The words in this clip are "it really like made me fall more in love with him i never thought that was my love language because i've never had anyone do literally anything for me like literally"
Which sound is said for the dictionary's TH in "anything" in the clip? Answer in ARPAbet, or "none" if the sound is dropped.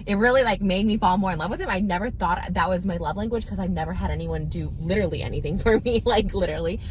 TH